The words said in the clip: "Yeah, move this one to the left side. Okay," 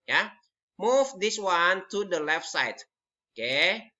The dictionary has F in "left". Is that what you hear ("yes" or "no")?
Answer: yes